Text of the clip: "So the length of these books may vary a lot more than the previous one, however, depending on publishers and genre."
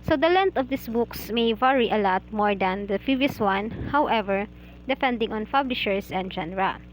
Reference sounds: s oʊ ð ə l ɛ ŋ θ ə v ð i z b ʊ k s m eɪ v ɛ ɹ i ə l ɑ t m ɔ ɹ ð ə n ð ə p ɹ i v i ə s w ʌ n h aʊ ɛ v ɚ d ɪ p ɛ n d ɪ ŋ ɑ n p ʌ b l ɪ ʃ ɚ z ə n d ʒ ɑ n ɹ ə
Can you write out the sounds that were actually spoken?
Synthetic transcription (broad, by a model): s oʊ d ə l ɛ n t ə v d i s b ʊ k s m eɪ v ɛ ɹ i ə l ɑ t m ɔ ɹ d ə n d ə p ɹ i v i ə s w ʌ n h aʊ ɛ v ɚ d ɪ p ɛ n d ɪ ŋ ɑ n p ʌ b l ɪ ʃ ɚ s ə n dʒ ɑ n ɹ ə